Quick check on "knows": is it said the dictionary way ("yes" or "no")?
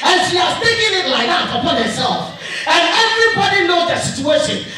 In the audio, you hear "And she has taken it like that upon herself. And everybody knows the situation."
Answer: yes